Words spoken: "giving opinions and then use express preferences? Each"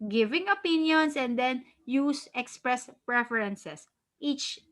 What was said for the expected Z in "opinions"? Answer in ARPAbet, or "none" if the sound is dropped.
S